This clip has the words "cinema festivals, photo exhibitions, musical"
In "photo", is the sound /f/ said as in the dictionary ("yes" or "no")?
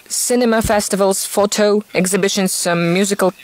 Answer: yes